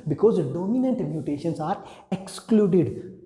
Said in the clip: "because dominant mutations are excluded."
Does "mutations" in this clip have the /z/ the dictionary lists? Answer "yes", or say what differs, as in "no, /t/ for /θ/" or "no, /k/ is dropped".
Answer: no, /s/ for /z/